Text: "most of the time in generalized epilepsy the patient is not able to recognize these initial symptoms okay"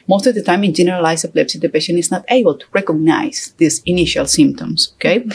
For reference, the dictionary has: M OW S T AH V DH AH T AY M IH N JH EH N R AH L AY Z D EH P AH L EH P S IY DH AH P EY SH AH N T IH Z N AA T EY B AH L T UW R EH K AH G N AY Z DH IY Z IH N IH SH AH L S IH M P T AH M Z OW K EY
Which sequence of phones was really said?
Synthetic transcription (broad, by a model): M OW S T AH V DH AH T AY M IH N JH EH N R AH L AY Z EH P L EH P S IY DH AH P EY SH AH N IH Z N AA T EY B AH L T UW R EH K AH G N AY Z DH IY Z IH N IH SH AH L S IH M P T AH M S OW K EY